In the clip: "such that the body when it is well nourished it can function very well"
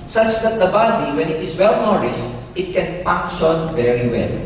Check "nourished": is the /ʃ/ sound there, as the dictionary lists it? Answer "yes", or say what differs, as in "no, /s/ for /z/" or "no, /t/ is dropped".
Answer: no, /s/ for /ʃ/